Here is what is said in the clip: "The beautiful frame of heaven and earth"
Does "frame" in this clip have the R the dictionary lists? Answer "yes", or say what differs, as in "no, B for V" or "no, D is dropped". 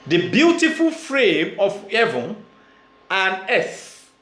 yes